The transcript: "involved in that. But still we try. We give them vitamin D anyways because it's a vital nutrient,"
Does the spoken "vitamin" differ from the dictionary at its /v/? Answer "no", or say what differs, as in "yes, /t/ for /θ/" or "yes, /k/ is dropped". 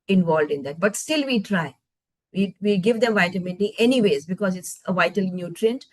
no